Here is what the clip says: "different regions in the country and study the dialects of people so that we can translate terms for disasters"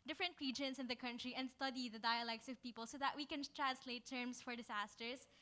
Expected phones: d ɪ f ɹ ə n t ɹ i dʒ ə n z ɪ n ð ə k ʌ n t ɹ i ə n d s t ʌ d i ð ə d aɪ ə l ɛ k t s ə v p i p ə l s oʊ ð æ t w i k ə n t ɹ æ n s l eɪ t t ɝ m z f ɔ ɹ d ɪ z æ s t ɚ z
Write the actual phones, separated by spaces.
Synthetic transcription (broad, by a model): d ɪ f ɹ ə n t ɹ i dʒ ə n s ɪ n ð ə k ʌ n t ɹ i ə n d s t ʌ d i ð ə d aɪ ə l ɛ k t s ə v p i p ə l s oʊ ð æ t w i k ə n t ɹ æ n s l eɪ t t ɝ m s f ɔ ɹ d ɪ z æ s t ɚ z